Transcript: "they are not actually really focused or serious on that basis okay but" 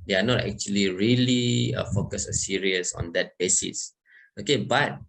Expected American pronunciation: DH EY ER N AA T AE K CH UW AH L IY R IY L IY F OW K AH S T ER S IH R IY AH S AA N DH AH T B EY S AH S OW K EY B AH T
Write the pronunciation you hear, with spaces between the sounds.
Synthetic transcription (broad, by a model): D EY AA N AA T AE K CH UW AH L IY R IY L IY F OW K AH S ER S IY R IY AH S AA N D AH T B EY S AH S OW K EY B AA T